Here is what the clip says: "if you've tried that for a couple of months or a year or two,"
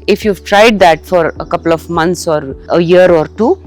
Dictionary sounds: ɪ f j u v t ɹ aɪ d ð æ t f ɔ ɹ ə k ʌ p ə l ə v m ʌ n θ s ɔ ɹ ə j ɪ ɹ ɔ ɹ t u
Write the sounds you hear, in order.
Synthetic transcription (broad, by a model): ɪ f j u v t ɹ aɪ d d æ t f ɔ ɹ ə k ʌ p ə l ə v m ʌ n t s ɔ ɹ ə j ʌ ɹ ɔ ɹ t u